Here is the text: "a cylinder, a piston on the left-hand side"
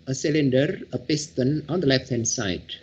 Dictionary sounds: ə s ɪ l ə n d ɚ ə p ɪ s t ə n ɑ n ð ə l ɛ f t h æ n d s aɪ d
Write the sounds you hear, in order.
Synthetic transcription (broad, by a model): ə s ɪ l ə n d ɚ ə p ɪ s t ə n ɑ n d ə l ɛ f t h æ n d s aɪ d